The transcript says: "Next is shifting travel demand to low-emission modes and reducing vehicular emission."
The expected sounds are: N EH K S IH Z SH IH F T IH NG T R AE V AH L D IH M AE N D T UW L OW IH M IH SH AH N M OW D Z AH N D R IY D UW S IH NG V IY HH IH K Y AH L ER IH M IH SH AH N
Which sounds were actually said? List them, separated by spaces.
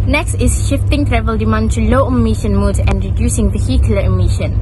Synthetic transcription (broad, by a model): N EH K S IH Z SH IH F T IH NG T R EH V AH L D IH M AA N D T UW L OW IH M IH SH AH N M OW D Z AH N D R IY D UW S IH NG V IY HH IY K Y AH L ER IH M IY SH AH N